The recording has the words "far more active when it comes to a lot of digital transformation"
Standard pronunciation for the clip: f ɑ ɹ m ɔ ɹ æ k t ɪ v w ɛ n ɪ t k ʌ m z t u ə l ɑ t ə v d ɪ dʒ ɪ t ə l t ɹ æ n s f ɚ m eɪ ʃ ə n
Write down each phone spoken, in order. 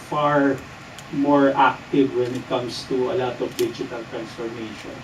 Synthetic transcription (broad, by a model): f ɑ ɹ m ɔ ɹ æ k t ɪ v w ɛ n ɪ t k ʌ m s t u ə l ɑ t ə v d ɪ dʒ ɪ t ə l t ɹ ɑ n s f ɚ m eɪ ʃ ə n